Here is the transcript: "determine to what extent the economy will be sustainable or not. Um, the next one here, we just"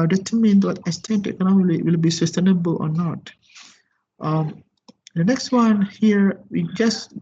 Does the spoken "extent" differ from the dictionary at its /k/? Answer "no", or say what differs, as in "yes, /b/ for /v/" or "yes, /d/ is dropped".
yes, /k/ is dropped